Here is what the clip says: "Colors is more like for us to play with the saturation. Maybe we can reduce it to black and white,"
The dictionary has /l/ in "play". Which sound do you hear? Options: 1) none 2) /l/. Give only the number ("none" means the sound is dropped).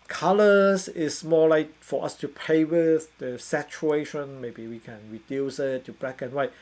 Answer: 1